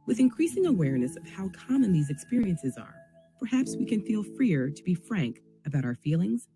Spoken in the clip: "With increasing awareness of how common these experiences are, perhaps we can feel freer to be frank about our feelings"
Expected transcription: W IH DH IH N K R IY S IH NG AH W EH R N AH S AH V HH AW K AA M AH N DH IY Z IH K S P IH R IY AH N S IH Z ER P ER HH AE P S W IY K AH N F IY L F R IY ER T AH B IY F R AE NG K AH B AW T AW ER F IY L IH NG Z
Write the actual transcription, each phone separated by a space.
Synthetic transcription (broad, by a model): W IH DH IH N K R IY S IH NG AH W EH R N AH S AH V HH AW K AA M AH N DH IY Z IH K S P IH R IY AH N S IH Z ER P ER HH AE P S W IY K AH N F IY L F R IY ER T AH B IY F R AE NG K AH B AW T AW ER F IY L IH NG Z